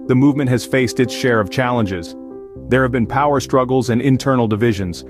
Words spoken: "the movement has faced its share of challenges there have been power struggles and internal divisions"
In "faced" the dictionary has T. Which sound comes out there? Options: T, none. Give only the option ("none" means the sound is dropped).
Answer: T